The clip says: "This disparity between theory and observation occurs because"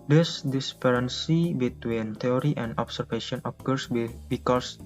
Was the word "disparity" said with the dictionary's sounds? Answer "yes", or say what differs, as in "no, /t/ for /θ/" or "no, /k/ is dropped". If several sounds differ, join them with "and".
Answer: no, /s/ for /t/